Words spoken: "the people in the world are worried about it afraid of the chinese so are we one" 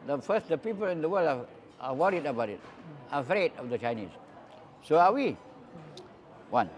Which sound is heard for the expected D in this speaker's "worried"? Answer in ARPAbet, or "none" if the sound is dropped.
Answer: D